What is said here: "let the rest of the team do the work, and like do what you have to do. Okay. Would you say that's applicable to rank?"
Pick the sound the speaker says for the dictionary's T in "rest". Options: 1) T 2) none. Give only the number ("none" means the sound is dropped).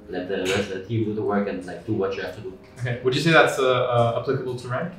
2